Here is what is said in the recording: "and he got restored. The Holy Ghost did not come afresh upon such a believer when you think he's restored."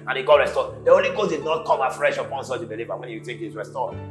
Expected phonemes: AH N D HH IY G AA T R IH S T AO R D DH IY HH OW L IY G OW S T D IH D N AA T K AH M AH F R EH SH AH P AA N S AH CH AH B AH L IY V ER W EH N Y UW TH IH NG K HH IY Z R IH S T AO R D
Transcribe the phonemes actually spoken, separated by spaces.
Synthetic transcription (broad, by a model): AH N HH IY G AA T R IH S T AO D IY OW L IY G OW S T D IH D N AA T K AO M AH F R EH SH AH P AA N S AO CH AH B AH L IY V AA W EH N Y UW T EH K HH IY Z R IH S T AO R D